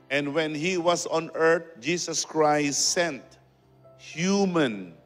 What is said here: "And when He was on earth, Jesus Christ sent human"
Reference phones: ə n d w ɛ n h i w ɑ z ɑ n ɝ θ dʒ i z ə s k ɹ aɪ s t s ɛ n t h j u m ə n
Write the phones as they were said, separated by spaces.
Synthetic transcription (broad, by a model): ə n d w ɛ n h i w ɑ s ɑ n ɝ t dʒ i s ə s k ɹ aɪ s t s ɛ n t h j u m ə n